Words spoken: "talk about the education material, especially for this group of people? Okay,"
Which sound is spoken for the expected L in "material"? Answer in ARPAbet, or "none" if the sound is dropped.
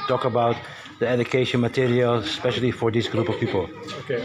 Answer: L